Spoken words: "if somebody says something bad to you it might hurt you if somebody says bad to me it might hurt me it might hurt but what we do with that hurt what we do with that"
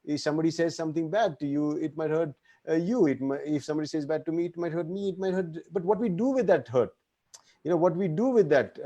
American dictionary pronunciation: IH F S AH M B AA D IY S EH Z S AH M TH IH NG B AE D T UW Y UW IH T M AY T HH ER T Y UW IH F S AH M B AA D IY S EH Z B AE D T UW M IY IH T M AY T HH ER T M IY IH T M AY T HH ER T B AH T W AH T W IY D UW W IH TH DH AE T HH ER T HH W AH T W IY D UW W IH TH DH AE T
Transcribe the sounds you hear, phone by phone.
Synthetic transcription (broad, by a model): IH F S AH M B AA D IY S EH Z S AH M T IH NG B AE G T UW Y UW IH T M AY T HH ER T Y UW IH F S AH M B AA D IY S EH Z B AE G T UW M IY IH T M AY T HH ER T M IY IH T M AY T HH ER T B AH T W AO T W IY D UW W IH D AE T HH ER T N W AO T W IY D UW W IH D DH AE T